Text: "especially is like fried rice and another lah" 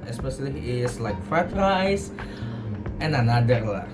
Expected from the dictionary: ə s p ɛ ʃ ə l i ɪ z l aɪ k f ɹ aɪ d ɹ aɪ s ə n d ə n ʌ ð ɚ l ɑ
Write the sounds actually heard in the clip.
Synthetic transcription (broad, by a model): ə s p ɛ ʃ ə l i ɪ s l aɪ k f aɪ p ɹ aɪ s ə n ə n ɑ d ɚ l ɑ